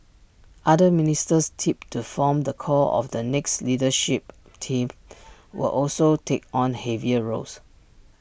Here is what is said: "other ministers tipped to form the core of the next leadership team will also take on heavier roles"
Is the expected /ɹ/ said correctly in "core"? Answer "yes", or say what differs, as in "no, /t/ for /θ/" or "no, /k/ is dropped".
no, /l/ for /ɹ/